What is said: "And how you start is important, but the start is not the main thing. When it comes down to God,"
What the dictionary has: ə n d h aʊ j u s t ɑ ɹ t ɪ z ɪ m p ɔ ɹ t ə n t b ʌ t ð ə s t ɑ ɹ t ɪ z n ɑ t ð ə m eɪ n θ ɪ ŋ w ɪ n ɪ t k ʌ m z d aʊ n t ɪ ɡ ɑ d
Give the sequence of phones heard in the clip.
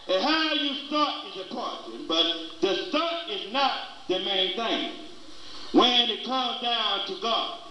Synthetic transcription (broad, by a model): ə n h aʊ j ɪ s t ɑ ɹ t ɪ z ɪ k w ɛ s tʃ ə n b ʌ t ð ə s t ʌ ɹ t ɪ z n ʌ t ð ə m eɪ n θ ɪ ŋ w ɪ n ɪ t k ʌ m z d aʊ n t ɪ ɡ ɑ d